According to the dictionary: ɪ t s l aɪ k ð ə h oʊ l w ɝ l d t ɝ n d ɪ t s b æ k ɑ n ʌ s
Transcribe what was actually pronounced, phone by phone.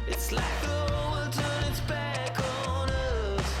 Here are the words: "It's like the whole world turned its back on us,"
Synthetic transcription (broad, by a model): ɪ t s l aɪ k ð ə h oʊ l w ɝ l t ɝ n ɪ t s b æ k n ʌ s